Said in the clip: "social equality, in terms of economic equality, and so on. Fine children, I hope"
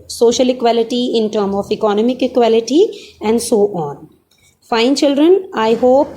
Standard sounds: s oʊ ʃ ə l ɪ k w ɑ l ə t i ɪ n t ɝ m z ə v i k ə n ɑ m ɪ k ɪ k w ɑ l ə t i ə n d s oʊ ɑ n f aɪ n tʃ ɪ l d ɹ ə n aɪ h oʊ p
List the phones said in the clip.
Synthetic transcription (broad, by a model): s oʊ ʃ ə l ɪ k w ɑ l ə t i ɪ n t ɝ m ə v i k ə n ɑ m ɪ k ɪ k w ɑ l ə t i ə n d s oʊ ɑ n f aɪ n tʃ ɪ l d ɹ ə n aɪ h oʊ p